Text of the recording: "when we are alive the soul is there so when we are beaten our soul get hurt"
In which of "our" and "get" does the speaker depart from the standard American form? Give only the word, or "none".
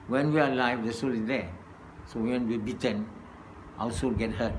our